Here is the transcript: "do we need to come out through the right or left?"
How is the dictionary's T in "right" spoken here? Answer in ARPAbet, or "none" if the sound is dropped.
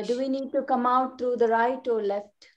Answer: T